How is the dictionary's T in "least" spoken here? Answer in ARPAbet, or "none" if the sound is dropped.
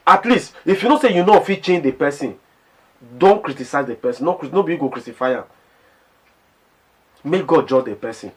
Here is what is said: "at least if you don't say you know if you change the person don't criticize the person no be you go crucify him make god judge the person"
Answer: T